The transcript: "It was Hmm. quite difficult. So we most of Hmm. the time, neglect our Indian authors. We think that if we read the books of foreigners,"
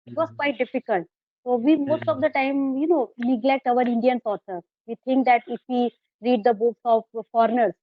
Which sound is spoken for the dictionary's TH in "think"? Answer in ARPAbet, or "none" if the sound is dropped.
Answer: T